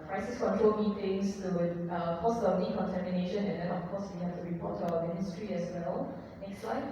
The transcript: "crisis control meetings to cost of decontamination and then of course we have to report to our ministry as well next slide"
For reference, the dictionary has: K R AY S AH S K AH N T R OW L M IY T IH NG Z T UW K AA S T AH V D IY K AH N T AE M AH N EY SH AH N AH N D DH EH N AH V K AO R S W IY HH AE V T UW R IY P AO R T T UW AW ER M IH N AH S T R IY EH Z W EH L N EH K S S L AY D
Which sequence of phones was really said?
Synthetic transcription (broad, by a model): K R AY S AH S K AH N T R OW L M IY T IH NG S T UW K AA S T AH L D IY K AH N T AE M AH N EY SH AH N AH N D EH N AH F K AO S W IY HH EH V T UW R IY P AO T T UW AW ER M IH N AH S T R IY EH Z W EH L N EH K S S L AY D